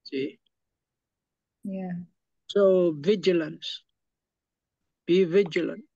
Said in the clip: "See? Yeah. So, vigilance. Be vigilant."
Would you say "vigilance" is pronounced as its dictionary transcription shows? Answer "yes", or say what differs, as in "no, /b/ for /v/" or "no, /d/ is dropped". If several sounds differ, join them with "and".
yes